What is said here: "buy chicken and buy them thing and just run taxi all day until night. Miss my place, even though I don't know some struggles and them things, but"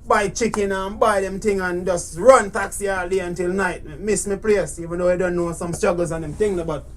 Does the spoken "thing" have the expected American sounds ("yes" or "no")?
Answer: no